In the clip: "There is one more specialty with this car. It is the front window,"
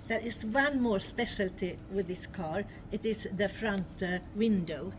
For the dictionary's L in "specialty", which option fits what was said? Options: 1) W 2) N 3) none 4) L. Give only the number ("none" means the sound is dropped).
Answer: 4